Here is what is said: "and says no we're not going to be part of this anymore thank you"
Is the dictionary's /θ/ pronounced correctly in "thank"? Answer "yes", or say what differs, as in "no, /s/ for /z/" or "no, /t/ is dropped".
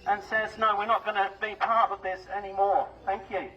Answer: yes